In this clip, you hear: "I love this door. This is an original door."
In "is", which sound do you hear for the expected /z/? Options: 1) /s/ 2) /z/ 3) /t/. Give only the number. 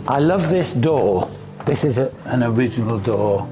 2